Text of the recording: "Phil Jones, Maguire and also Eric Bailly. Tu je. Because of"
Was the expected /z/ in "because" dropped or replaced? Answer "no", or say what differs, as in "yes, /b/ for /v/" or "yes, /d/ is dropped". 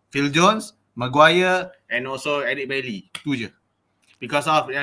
yes, /s/ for /z/